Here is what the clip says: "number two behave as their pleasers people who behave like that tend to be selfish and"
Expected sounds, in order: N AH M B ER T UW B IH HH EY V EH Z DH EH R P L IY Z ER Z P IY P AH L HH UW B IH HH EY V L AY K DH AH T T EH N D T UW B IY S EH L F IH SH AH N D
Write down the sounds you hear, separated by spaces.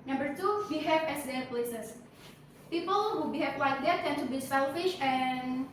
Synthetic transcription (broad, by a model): N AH M B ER T UW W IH HH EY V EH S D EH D P L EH S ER S P IY P AH L HH UW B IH HH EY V W AY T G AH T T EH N T UW B IY S EH L F IH SH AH N